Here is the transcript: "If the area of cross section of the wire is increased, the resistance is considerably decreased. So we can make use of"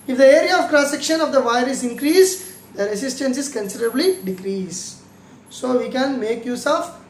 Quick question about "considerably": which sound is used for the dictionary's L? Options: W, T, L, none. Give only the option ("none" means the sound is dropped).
L